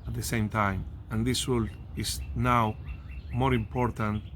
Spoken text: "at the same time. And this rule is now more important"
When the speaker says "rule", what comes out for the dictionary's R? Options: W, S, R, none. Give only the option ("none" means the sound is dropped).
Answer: W